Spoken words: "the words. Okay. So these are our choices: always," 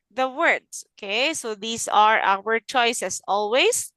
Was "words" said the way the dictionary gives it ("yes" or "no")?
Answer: no